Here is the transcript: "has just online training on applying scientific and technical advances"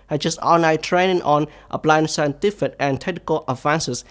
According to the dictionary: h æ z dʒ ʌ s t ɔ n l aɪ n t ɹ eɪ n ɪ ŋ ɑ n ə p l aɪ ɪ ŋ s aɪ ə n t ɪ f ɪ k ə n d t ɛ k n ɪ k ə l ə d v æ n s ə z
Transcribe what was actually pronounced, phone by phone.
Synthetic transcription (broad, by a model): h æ dʒ ʌ s t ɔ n aɪ t ɹ eɪ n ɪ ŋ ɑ n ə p l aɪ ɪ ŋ s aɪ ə n t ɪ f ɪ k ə n t ɛ k n ɪ k ə l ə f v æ n s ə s